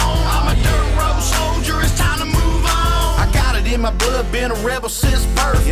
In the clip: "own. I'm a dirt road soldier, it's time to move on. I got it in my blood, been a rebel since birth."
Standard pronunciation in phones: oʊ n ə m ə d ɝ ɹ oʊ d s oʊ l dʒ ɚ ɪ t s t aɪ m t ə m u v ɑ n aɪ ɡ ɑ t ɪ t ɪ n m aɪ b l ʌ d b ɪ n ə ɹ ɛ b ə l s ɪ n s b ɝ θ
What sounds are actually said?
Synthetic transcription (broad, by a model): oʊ ə m ə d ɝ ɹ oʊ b s oʊ l dʒ ɚ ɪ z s t aɪ m t ə m u v ɑ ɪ ɡ ɑ t ɪ t ɪ n m aɪ b l ʌ d b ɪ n ə ɹ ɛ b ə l s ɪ s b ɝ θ